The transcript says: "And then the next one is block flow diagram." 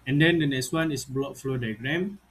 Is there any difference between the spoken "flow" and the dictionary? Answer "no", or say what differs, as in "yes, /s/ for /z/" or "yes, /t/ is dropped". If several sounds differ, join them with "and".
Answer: no